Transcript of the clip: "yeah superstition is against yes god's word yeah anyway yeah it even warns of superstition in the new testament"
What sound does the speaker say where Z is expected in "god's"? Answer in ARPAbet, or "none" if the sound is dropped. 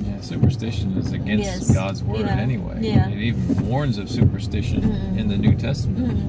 Z